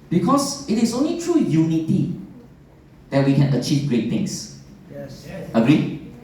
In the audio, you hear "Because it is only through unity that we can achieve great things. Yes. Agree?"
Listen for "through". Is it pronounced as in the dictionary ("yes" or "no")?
no